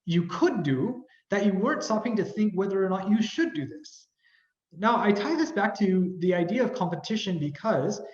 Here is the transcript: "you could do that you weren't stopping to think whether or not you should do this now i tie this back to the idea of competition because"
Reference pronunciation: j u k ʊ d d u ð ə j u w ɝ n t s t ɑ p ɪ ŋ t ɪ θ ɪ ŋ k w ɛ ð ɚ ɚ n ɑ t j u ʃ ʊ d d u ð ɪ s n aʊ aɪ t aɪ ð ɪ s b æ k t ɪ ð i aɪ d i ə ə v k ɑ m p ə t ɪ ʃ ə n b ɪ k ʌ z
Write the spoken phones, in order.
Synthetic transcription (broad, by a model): j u k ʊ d d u ð ə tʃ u w ɝ n t s t ɑ p ɪ ŋ t ɪ θ ɪ ŋ k w ɛ ð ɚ ɚ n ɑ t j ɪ ʃ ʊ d d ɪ ð ɪ s n aʊ aɪ t aɪ ð ɪ s b æ k t ɪ ð i aɪ d i ə ə v k ɑ m p ə t ɪ ʃ ə n b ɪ k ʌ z